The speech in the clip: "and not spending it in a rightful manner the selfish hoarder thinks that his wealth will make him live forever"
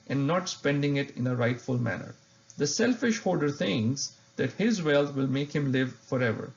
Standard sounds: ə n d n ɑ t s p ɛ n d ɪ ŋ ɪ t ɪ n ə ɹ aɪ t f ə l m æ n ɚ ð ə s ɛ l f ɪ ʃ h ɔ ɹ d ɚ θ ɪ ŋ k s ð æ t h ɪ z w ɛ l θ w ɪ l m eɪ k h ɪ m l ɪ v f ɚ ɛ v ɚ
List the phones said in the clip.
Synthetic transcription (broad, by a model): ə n n ɑ t s p ɛ n d ɪ ŋ ɪ t ɪ n ə ɹ aɪ t f ə l m æ n ɚ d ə s ɛ l f ɪ ʃ h ɔ ɹ d ɚ t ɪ ŋ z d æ t h ɪ z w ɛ l t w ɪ l m eɪ k h ɪ m l ɪ v f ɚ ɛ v ɚ